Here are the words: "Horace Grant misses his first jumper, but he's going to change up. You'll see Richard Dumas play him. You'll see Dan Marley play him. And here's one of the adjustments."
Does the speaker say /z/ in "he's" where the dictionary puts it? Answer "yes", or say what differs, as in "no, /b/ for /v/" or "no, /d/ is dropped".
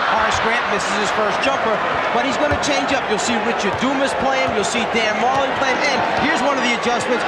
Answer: yes